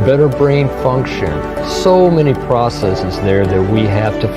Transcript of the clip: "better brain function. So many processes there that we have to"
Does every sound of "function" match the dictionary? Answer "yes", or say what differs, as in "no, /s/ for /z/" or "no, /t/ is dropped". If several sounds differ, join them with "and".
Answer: yes